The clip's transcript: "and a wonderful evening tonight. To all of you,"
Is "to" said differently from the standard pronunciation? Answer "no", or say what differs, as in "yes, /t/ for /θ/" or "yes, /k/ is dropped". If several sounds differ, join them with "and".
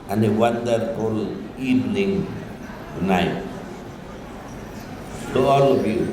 yes, /s/ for /t/